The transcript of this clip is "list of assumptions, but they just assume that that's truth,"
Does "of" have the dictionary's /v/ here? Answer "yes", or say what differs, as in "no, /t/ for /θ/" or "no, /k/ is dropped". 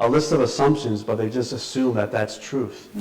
yes